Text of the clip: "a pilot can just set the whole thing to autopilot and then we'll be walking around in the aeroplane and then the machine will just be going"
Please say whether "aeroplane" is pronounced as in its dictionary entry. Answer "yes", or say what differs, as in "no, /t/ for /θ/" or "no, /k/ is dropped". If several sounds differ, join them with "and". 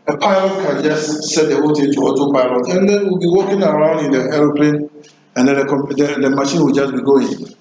yes